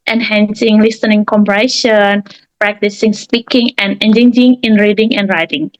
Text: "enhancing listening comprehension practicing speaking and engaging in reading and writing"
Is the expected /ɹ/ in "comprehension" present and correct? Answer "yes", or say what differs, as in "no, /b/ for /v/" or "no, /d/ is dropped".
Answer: no, /ɹ/ is dropped